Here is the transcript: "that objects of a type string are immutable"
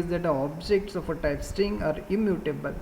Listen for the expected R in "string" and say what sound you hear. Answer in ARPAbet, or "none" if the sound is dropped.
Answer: none